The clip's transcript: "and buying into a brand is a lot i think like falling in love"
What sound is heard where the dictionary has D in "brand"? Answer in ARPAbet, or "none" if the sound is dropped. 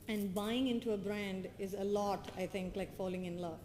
D